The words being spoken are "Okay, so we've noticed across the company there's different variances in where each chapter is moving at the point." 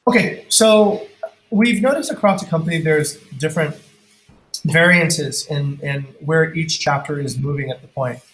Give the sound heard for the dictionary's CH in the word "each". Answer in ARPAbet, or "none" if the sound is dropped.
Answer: CH